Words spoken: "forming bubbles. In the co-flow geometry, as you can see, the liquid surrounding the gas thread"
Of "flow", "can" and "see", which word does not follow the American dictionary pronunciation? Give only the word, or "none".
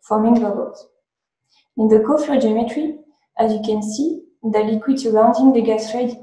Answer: flow